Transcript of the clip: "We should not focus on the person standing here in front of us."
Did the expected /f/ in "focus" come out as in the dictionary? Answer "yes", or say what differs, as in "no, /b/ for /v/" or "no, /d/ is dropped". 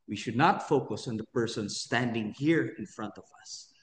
yes